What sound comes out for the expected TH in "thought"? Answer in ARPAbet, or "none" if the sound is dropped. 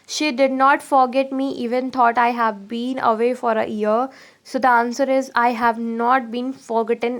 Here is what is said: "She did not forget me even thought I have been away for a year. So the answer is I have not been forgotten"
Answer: T